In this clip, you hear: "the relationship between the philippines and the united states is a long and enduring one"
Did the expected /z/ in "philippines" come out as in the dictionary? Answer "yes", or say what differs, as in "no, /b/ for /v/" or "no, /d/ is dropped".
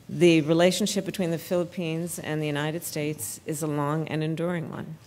yes